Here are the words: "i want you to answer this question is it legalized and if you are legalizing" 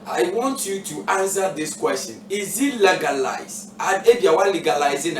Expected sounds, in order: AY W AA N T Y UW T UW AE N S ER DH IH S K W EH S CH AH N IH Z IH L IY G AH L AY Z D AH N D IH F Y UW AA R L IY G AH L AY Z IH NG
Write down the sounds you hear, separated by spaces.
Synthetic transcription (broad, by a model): AY W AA N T Y UW T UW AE N S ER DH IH S K W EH S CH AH N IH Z IH L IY G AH L AY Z AH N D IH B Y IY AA W L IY G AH L AY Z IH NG